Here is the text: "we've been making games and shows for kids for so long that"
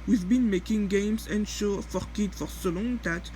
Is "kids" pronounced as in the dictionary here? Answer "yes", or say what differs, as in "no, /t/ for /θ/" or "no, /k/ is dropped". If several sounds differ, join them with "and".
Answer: no, /z/ is dropped